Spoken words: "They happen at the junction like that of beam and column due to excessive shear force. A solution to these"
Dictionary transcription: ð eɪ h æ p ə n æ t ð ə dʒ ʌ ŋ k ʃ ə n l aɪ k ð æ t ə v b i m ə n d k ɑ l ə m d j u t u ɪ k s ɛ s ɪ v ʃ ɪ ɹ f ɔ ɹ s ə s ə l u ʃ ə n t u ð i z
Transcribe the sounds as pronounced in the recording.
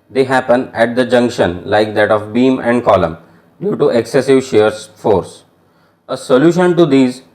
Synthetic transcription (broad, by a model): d eɪ h æ p ə n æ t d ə dʒ ʌ ŋ k ʃ ə n l aɪ k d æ t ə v b i m ə n d k ɑ l ə m d j u t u ɪ k s ɛ s ɪ v ʃ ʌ ɹ f ɔ ɹ s ə s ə l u ʃ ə n t u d i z